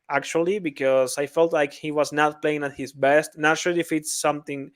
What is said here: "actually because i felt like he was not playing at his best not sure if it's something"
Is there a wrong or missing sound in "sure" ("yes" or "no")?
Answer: yes